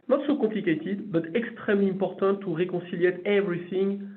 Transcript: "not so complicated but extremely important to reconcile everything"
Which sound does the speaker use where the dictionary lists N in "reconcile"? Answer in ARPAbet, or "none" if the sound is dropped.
none